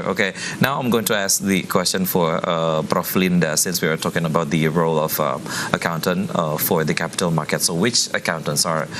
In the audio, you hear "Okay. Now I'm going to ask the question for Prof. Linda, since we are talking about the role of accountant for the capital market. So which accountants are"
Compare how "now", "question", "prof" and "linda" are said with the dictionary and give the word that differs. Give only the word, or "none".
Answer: prof